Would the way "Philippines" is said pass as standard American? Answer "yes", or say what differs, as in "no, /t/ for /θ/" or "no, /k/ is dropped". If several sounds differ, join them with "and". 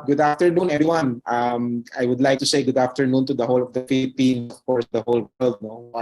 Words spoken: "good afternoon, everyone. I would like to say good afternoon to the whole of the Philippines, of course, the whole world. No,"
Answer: no, /z/ is dropped